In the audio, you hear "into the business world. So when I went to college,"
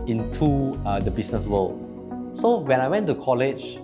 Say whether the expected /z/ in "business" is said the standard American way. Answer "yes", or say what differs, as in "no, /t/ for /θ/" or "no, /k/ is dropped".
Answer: no, /s/ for /z/